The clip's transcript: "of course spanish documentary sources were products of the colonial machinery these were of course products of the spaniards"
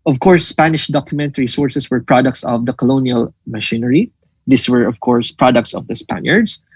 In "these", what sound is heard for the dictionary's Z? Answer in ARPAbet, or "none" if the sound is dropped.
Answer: S